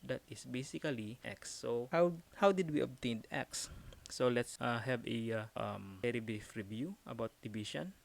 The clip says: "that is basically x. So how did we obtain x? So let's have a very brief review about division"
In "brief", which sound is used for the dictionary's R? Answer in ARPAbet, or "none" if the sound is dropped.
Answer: none